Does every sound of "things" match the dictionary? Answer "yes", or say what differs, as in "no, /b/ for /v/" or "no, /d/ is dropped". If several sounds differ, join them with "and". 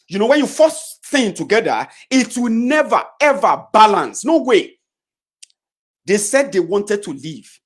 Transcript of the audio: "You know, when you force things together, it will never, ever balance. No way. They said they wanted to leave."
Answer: no, /z/ is dropped